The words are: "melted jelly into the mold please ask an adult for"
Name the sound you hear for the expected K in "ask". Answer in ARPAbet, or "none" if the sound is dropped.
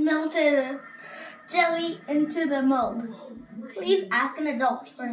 K